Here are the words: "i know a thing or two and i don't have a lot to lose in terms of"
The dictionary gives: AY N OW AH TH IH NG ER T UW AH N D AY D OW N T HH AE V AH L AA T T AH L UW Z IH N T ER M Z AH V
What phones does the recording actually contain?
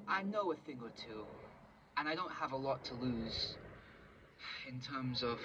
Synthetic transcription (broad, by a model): AY N OW AH TH IH NG ER T UW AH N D AY D OW N T HH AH V AH L AA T T AH L UW Z IH N T ER M Z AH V